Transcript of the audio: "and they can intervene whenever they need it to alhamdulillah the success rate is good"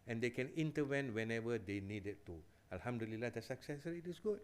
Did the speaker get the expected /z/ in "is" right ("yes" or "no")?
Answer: no